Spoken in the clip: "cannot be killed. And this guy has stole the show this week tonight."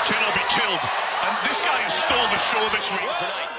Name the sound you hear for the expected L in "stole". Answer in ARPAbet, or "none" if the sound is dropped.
N